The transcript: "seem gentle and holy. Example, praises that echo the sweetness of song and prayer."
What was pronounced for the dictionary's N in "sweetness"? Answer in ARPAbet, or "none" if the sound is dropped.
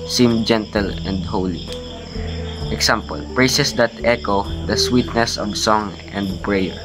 N